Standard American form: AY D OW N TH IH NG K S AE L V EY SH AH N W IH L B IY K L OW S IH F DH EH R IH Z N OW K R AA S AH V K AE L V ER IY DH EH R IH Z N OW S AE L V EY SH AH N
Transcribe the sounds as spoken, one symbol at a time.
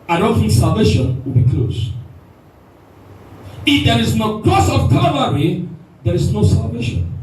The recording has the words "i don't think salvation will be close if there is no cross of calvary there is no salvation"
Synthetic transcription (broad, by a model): AY D OW N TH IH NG K S AE L V EY SH AH N W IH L B IY K L OW S IH F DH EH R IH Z N OW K L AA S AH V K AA V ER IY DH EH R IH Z N OW S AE L V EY SH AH N